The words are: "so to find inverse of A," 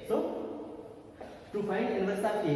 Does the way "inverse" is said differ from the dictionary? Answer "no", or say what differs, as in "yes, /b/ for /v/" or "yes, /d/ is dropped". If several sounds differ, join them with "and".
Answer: yes, /v/ is dropped